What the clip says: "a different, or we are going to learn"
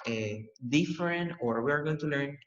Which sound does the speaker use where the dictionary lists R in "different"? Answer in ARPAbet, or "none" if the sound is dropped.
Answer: R